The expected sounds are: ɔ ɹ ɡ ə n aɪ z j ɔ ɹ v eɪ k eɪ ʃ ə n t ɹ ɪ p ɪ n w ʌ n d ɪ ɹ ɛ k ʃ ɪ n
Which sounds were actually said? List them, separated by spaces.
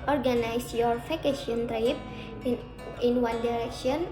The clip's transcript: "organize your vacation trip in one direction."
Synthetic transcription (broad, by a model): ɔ ɹ ɡ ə n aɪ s j ɔ ɹ f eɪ k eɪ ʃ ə n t ɹ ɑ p ɪ n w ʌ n d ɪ ɹ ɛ k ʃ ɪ n